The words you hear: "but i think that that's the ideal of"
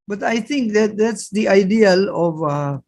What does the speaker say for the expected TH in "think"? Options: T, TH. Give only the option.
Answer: T